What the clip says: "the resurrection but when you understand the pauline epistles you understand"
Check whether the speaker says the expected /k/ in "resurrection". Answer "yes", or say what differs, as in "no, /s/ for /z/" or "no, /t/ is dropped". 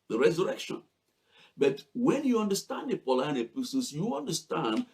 yes